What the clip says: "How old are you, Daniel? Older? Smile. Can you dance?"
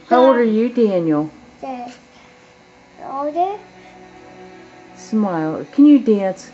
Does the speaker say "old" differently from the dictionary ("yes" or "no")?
yes